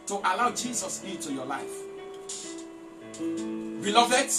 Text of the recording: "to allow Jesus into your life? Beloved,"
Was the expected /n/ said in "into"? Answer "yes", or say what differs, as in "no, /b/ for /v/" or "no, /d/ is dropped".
no, /n/ is dropped